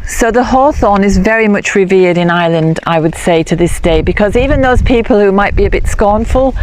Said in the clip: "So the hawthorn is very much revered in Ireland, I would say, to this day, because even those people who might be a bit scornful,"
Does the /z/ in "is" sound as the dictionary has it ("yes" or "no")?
yes